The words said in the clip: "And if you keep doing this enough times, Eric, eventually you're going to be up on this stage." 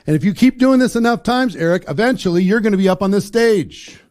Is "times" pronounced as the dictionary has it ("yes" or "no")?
yes